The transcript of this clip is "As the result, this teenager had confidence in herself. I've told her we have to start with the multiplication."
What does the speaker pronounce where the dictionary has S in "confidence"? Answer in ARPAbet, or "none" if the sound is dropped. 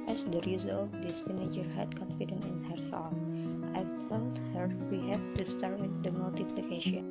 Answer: none